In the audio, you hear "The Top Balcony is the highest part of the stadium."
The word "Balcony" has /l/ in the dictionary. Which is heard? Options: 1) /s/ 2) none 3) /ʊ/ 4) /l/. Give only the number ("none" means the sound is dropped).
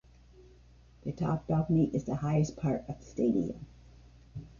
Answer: 2